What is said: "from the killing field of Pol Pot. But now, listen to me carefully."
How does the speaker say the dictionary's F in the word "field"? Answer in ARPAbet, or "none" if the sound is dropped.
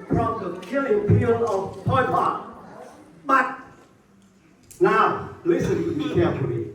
P